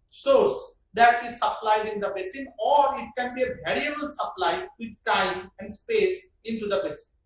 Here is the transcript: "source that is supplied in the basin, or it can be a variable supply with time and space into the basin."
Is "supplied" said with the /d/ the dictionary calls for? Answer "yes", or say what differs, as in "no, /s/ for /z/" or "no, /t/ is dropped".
yes